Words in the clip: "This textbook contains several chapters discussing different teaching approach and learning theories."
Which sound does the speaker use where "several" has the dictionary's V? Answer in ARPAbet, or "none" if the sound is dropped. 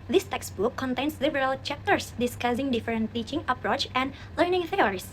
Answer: B